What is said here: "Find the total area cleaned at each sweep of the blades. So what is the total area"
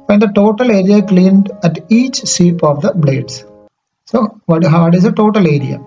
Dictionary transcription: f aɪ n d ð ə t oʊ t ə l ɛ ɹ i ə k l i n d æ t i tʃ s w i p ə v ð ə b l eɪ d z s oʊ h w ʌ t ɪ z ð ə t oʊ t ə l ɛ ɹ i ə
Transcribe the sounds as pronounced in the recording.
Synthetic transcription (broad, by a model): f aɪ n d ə t oʊ t ə l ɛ ɹ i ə k l i n d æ t i tʃ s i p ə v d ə b l eɪ d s s oʊ h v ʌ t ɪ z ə t oʊ t ə l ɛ ɹ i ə